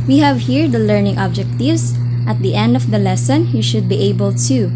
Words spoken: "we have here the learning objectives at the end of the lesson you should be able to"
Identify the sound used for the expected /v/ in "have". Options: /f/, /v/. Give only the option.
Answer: /v/